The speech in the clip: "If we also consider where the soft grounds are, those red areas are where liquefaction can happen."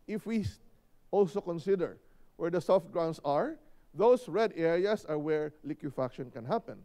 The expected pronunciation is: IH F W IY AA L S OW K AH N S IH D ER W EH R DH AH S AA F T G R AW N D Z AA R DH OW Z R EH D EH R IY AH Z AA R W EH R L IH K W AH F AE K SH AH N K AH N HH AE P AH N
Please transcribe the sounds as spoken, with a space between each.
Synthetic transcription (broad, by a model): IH F W IY AA L S OW K AH N S IH D ER W EH R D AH S AA F T G R AW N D S AA R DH OW S R EH D EH R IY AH S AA R W EH R L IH K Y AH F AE K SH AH N K AH N HH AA P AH N